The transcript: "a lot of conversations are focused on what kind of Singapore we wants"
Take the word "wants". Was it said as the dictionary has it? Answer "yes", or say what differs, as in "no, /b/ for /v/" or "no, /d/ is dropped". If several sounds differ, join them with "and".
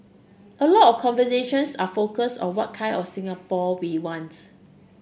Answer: no, /s/ is dropped